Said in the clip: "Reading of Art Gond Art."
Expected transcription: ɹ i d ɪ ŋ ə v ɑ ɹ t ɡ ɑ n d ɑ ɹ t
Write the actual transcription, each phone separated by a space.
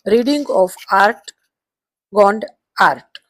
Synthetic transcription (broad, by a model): ɹ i d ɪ ŋ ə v ɑ ɹ t ɡ ɑ n d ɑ ɹ t